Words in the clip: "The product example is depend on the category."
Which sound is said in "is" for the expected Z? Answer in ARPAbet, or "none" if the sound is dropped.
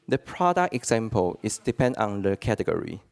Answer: S